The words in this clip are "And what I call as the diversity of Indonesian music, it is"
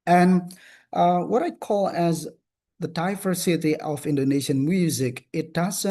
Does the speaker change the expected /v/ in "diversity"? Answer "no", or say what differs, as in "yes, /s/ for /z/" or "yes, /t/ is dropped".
yes, /f/ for /v/